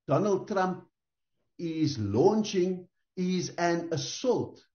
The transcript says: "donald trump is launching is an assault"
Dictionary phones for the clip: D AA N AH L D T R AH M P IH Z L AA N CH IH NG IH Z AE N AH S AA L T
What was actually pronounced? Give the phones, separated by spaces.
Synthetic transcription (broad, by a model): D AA N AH L D T R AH M P IH Z L AA N CH IH NG IH Z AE N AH S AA L T